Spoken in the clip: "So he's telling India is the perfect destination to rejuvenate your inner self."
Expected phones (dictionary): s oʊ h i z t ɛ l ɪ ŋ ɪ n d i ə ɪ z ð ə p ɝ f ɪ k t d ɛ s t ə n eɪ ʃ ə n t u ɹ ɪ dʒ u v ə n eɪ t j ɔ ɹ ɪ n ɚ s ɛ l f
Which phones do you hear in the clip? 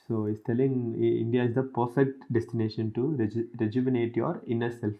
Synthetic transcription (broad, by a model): s oʊ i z t ɛ l ɪ ŋ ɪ n d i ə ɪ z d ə p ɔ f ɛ t d ɛ s t ə n eɪ ʃ ə n t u ɹ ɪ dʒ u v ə n eɪ t j ɔ ɹ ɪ n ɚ s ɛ l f